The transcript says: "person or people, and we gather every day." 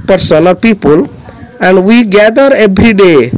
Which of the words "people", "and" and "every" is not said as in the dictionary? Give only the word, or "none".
every